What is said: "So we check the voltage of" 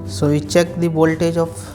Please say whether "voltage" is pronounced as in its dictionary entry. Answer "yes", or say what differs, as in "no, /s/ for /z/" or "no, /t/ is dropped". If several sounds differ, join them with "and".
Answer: no, /b/ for /v/